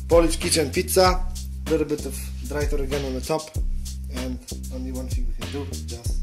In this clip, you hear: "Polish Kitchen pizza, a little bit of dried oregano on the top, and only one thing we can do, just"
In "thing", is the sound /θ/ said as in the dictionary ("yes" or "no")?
no